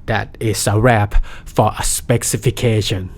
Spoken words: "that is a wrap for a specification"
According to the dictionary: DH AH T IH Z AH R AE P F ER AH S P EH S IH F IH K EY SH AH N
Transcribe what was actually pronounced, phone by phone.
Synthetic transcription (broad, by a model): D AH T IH S AH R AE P F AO AH S P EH S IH F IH K EY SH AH N